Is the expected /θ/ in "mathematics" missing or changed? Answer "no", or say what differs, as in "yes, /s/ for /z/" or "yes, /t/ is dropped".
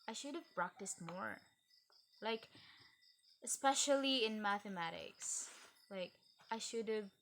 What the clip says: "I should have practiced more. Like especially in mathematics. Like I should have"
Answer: no